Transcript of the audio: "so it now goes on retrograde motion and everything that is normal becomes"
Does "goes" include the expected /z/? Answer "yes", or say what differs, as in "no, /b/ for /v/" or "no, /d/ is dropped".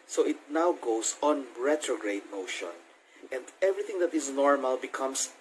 no, /s/ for /z/